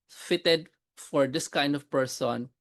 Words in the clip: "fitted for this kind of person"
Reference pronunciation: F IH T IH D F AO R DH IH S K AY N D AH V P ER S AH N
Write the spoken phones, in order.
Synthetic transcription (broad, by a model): F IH T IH D F AO R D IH S K AY N D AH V P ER S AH N